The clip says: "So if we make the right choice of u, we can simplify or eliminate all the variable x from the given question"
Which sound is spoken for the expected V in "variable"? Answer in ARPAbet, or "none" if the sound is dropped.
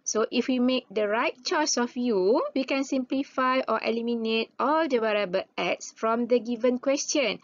W